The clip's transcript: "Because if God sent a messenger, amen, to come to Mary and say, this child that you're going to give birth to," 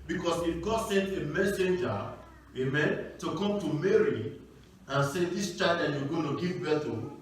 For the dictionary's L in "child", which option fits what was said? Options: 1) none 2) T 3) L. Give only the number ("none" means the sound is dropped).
1